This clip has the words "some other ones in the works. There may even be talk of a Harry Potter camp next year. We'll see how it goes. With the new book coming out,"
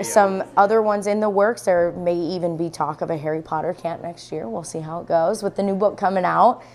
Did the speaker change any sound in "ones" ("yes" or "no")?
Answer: no